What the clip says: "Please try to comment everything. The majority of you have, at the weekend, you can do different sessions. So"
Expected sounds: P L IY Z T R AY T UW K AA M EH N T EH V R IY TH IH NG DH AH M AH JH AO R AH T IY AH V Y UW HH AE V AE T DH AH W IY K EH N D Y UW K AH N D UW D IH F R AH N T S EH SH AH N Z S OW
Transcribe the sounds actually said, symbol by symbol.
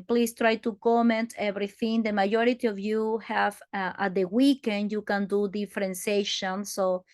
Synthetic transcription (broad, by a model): P L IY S T R AY T UW K AA M EH N T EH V R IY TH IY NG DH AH M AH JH AO R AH T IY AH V Y UW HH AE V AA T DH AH W IY K EH N D Y UW K AH N D UW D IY F R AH N S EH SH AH N S OW